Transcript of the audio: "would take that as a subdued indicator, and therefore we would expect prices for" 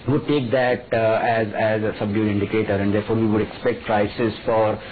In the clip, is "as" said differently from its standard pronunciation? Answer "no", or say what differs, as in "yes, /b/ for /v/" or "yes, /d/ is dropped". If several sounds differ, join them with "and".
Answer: no